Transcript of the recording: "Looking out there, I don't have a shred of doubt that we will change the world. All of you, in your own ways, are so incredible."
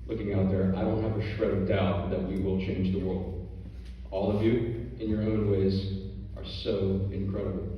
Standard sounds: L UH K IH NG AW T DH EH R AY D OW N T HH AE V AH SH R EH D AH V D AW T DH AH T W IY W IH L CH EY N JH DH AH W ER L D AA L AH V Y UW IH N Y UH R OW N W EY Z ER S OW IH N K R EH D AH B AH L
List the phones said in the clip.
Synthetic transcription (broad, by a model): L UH K IH NG AW T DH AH R AY D OW N T HH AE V AH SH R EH AH D AW T DH AH T W IY W IH L CH EY N JH DH AH W ER L D AA L AH V Y UW IH N Y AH R OW N W EY Z ER S OW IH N K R EH D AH B L